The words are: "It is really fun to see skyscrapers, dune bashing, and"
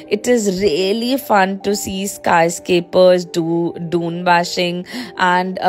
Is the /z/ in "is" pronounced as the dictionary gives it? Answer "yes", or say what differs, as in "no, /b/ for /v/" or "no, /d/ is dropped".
yes